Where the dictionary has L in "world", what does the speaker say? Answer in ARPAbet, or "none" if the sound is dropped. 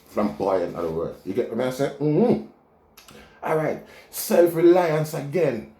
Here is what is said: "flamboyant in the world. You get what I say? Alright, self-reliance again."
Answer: none